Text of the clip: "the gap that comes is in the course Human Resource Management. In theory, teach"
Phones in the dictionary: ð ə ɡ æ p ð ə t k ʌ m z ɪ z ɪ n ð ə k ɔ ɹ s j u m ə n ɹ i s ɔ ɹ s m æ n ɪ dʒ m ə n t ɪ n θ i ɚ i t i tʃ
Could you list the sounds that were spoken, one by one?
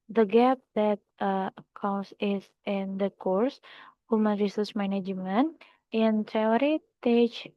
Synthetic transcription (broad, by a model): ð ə ɡ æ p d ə t k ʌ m s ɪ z ɪ n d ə k ɔ ɹ s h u m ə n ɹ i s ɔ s m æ n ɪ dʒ m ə n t ɪ n t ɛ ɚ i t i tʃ